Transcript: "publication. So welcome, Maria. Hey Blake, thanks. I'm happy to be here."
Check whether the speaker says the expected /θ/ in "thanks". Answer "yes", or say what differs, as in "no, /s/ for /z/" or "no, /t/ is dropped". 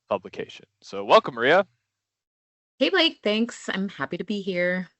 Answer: yes